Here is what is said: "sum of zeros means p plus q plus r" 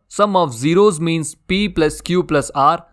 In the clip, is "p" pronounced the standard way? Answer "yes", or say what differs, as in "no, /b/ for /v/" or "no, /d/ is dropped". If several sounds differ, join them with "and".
yes